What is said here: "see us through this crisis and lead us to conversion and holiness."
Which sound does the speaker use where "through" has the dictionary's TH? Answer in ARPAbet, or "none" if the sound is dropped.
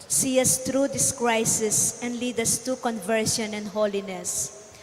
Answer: T